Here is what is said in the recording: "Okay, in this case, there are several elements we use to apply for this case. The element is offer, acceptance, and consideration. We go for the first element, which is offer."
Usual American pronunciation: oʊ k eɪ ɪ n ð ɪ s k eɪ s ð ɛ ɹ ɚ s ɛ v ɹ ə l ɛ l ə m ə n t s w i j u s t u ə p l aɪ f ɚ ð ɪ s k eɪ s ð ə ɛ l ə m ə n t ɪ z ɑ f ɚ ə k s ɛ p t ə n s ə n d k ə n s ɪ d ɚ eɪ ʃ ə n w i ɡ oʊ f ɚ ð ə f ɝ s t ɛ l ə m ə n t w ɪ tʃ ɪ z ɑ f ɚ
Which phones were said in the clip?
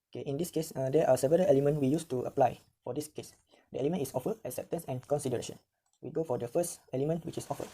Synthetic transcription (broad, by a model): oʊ k eɪ ɪ n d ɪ s k eɪ s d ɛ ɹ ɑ s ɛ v ə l ɛ l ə m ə n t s w i j u s t u ə p l aɪ f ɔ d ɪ s k eɪ s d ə ɛ l ə m ə n t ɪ s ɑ f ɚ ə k s ɛ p t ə n s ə n k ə n s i d ɚ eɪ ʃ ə n w i ɡ oʊ f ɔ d ə f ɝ s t ɛ l ə m ə n t w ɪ tʃ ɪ s ɑ f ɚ